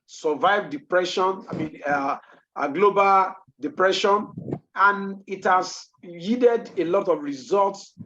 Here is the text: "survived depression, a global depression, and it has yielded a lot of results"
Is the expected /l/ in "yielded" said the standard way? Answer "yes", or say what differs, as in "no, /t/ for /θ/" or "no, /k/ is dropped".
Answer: no, /l/ is dropped